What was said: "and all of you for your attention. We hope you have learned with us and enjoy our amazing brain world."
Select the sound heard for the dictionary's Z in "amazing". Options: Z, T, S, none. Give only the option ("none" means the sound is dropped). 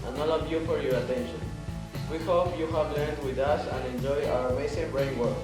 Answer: S